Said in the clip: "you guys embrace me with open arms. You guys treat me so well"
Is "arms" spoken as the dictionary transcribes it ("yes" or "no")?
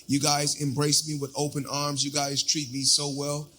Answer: yes